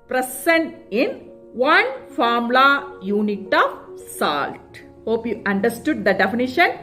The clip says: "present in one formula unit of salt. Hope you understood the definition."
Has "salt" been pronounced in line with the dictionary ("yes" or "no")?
yes